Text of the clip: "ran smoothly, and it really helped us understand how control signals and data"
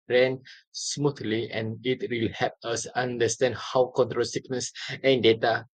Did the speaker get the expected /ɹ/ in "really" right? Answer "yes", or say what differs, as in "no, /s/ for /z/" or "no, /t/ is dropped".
no, /w/ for /ɹ/